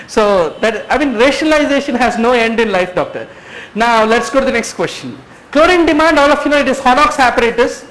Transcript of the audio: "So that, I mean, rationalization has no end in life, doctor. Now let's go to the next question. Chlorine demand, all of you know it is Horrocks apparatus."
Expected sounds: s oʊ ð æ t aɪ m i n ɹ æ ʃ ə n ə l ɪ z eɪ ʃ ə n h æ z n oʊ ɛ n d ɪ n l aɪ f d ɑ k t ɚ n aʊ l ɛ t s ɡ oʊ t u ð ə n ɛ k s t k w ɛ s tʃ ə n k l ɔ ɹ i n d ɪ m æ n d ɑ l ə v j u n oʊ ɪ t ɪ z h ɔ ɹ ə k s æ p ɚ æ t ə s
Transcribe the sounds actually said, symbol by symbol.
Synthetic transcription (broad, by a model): s oʊ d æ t aɪ m i n ɹ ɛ ʃ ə n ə l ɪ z eɪ ʃ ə n h æ z n oʊ ɛ n d ɪ n l aɪ f d ɑ k t ɚ n aʊ l ɛ t s ɡ oʊ t u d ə n ɛ k s t k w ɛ s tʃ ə n k l ɔ ɹ i n d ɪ m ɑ n d ɑ l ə f j u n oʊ ɪ t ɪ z h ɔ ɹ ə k s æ p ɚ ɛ t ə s